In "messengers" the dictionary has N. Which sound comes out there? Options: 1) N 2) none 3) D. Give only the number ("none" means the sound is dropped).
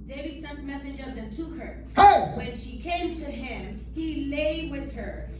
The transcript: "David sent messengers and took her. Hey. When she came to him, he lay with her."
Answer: 1